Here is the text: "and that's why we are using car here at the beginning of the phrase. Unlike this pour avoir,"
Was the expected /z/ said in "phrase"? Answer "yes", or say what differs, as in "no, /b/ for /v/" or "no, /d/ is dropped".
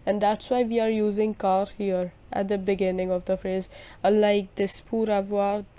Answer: yes